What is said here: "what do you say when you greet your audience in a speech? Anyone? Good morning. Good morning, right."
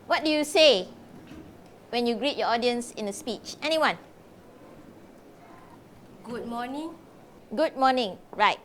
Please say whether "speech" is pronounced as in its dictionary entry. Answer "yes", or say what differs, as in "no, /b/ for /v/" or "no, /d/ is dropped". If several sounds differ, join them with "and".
yes